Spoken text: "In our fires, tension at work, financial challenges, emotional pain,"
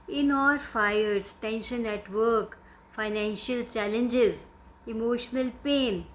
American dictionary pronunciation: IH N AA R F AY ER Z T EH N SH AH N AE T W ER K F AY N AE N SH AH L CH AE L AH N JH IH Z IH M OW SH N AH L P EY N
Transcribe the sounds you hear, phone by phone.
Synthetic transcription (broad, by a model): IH N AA L F AY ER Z T EH N SH AH N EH T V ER K F AY N AE N SH AH L CH AE L AH N JH IH Z IH M OW SH N AH L P EY N